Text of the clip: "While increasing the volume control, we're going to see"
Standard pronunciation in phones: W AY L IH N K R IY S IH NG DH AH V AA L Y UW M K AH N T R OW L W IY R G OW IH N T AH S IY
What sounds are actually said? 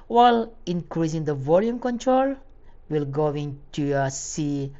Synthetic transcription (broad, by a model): W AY L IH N K R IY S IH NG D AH V AA L Y UW M K AH N T R OW L W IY L G OW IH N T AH S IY